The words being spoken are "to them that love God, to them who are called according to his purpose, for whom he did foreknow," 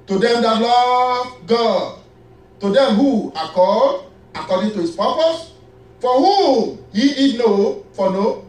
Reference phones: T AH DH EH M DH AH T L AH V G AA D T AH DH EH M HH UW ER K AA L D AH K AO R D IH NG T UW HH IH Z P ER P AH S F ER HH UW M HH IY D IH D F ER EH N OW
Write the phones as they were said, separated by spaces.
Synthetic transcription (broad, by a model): T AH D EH M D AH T L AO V G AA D T AH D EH M HH UW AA K AA D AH K AO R D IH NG T UW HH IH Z P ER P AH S F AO HH UW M HH IY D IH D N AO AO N OW